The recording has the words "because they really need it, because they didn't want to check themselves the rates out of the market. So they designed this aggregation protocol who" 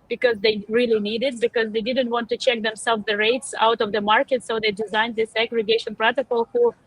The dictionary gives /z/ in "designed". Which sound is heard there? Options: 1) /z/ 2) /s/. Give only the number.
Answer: 1